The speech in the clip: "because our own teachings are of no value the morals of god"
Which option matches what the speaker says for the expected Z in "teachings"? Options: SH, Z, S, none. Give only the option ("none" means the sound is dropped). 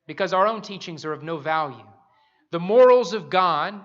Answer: Z